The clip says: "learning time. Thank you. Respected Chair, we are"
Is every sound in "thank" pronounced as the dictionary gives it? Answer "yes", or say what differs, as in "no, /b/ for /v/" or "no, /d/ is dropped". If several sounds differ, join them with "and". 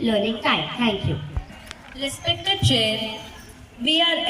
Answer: no, /t/ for /θ/